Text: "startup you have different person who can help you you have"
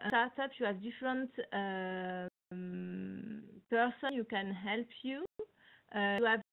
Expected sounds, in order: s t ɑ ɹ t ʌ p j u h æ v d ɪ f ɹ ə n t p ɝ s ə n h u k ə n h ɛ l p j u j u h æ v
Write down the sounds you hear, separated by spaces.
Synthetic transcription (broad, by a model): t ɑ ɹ t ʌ p j u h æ v d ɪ f ɹ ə n t p ɝ s ə n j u k ə n h ɛ l p j u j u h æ v